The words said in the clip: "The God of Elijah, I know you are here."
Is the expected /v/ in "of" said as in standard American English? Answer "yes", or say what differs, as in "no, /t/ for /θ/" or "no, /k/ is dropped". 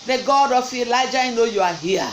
no, /f/ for /v/